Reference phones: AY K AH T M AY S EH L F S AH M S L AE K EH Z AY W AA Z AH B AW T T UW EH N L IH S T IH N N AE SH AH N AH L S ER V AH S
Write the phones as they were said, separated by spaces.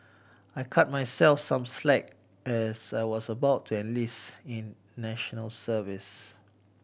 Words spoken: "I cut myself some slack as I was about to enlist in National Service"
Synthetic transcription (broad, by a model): AY K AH T M AY S EH L F S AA M S L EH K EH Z AY W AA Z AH B AW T T UW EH N L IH S IH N N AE SH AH N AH L S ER V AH S